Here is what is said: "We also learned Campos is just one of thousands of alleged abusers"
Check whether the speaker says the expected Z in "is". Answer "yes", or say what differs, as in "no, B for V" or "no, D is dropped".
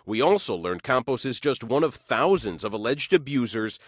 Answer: yes